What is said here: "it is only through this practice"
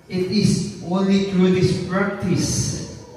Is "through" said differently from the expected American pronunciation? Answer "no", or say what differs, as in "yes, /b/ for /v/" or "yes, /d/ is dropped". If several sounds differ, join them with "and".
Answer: yes, /t/ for /θ/